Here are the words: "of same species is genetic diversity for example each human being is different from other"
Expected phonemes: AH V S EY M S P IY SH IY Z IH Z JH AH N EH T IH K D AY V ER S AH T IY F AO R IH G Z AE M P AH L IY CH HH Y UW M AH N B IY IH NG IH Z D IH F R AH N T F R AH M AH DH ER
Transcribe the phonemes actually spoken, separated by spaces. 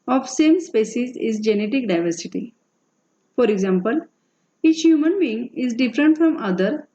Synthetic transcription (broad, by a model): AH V S EY M S P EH S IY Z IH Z JH AH N EH T IH K D AY V ER S AH T IY F AO R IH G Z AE M P AH L IY CH HH Y UW M AH N B IY IH NG IH Z D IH F R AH N T F R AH M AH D ER